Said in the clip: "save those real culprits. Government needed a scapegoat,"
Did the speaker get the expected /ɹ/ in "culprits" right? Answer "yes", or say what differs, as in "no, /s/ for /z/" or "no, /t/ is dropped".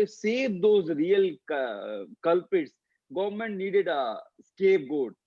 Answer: no, /ɹ/ is dropped